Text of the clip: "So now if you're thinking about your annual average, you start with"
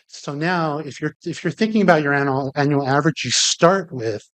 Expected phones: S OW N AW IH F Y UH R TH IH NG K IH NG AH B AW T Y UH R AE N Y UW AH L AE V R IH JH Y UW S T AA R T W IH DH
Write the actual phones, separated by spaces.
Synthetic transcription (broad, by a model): S OW N AW IH F Y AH R TH IH NG K IH NG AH B AW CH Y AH R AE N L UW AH L AE V R IH JH Y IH S T AA R T W IH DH